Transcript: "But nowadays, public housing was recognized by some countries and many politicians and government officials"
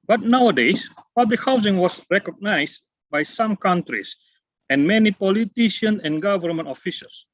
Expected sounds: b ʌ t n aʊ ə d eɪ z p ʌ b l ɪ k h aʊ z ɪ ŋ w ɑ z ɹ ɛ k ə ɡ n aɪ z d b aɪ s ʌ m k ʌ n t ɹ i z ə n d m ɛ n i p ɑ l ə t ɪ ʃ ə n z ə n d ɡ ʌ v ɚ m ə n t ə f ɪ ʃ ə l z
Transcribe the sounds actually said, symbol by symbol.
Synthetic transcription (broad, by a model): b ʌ t n aʊ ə d eɪ s p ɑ b l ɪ k h aʊ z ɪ ŋ w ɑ s ɹ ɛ k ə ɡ n aɪ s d b aɪ s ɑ m k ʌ n t ɹ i s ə n m ɛ n i p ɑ l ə t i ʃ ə n ə n ɡ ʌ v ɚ m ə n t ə f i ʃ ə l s